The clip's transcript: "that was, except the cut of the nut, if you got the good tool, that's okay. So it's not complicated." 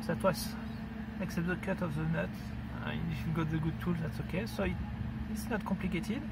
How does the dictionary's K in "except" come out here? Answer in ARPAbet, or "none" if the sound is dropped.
K